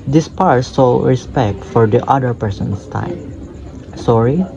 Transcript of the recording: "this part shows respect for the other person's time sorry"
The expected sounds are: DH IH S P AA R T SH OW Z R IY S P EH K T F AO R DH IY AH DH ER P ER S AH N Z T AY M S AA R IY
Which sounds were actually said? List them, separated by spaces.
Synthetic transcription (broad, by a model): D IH S P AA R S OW R IY S P EH K T F AO R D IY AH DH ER P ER S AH N S T AY M S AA R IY